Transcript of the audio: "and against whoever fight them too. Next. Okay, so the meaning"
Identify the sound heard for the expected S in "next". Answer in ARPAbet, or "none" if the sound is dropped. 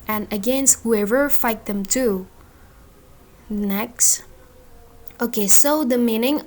S